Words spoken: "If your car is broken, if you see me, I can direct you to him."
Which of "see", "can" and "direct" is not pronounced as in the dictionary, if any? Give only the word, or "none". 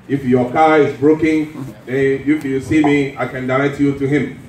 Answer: direct